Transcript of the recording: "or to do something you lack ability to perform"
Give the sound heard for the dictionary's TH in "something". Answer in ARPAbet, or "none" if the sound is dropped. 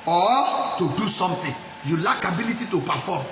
T